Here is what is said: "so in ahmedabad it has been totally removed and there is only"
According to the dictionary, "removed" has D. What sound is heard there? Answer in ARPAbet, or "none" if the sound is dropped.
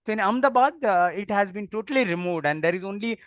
D